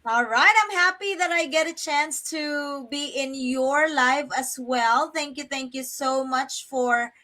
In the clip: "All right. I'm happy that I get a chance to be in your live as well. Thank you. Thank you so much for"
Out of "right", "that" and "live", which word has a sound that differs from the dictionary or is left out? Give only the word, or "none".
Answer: live